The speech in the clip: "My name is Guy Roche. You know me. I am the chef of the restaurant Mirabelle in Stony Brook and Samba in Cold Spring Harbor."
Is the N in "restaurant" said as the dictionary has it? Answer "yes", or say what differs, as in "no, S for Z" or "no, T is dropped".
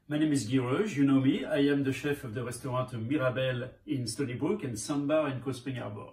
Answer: no, N is dropped